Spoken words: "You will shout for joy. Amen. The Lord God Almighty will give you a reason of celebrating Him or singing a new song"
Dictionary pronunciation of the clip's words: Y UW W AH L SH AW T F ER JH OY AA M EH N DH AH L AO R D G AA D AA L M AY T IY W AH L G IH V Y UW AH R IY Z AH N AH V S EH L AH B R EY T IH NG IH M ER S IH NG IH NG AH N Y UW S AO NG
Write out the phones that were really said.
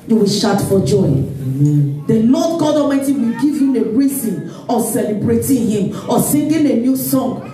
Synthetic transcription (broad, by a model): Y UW W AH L SH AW T F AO JH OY AA IH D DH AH L AO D G AA D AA M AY T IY W AH L G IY V Y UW AH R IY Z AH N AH S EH L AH B R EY T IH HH IH M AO S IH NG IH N AH N Y UW S AO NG